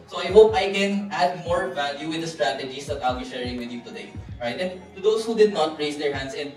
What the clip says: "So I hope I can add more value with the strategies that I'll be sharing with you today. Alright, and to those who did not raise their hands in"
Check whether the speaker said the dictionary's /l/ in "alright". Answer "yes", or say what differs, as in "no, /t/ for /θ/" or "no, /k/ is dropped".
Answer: no, /l/ is dropped